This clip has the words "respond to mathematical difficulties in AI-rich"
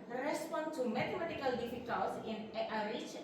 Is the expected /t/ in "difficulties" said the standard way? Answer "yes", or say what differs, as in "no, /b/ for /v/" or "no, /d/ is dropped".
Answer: no, /s/ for /t/